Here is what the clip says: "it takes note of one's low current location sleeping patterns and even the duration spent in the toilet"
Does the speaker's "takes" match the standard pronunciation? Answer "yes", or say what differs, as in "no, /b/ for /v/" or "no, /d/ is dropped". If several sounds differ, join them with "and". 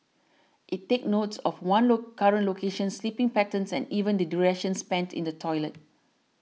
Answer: no, /s/ is dropped